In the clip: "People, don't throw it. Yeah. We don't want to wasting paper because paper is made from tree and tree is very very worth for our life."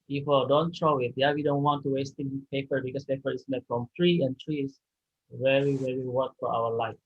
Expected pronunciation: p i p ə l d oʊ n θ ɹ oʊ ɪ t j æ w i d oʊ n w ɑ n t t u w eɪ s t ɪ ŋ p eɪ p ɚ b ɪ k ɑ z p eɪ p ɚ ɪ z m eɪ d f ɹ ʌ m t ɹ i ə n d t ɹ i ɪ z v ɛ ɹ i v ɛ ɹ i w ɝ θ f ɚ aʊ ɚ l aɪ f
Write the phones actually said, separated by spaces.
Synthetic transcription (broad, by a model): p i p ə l d oʊ n t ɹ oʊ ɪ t j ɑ w i d oʊ n w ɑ n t t u w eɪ s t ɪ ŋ p eɪ p ɚ b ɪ k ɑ s p eɪ p ɚ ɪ s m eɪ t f ɹ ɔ m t ɹ i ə n t ɹ i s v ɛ ɹ i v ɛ ɹ i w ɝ t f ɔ aʊ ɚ l aɪ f